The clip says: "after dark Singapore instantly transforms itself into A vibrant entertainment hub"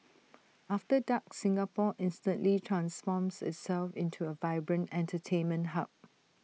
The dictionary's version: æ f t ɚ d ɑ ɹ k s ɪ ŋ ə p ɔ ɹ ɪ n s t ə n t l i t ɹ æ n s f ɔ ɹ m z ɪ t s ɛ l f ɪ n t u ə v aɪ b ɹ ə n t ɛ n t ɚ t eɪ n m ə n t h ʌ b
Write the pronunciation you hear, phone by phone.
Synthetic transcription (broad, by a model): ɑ f t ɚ d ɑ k s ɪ ŋ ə p ɔ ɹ ɪ n s t ə n t l i t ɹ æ n s f ɔ m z ɪ t s ɛ l f ɪ n t u ə v aɪ b ɹ ə n t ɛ n t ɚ t eɪ n m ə n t h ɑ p